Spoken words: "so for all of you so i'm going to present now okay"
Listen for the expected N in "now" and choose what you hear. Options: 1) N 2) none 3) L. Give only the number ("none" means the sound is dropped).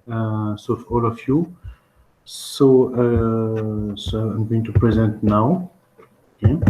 1